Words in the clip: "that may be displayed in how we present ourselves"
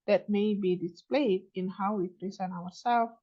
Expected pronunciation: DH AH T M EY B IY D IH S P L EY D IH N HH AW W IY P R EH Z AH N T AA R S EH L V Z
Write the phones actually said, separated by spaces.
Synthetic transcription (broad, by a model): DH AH T M EY B IY D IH S P L EY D IH N HH AW W IY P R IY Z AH N AA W S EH L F